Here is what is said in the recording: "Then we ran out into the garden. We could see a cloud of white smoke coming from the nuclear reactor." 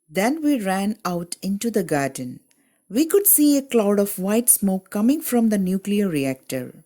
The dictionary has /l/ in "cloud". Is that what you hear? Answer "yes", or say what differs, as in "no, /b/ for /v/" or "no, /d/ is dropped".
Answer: yes